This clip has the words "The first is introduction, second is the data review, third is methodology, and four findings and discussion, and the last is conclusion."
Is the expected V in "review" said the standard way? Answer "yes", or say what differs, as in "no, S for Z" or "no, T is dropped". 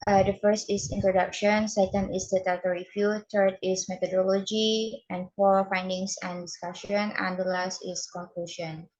no, F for V